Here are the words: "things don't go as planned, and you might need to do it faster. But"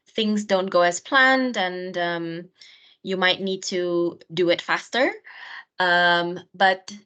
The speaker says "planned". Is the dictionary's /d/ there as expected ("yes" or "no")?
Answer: yes